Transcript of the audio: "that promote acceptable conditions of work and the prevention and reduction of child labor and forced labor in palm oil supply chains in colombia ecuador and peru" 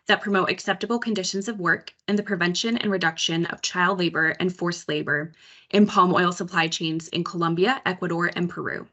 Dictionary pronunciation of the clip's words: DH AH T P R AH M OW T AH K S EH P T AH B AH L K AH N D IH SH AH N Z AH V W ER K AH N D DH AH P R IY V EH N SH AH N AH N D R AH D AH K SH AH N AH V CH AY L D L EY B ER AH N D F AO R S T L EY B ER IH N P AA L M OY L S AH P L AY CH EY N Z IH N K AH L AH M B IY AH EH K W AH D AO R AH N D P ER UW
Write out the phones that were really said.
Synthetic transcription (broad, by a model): DH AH T P R AH M OW T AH K S EH P T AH B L K AH N D IH SH AH N Z AH V W ER K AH N DH AH P R IY V EH N SH AH N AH N R AH D AH K SH AH N AH V CH AY L D L EY B ER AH N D F AO R S L EY B ER IH N P AA L M OY L S AH P L AY CH EY N Z IH N K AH L AH M B IY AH EH K W AH D AO R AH N P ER UW